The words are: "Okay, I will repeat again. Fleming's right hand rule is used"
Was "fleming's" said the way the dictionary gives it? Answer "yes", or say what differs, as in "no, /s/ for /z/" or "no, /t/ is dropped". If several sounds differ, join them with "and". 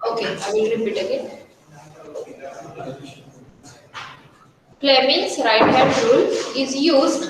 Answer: no, /p/ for /f/